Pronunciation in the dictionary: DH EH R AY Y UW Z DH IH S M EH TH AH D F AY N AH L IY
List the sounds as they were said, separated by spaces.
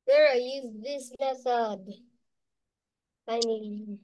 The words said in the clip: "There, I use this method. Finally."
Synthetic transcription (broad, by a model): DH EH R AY Y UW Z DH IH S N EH S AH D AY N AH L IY